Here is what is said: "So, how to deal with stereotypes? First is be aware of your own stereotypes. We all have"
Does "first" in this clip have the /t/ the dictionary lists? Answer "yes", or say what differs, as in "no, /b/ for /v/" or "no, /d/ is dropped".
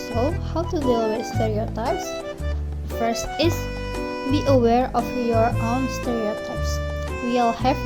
yes